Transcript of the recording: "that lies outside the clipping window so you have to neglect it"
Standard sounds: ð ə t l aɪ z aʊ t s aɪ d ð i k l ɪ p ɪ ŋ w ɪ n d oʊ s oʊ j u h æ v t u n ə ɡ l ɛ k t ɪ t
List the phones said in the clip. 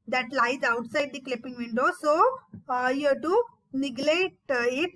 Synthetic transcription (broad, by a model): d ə t l aɪ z aʊ t s aɪ d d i k l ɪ p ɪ ŋ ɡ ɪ n d oʊ s oʊ j u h t u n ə ɡ l ɛ t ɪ t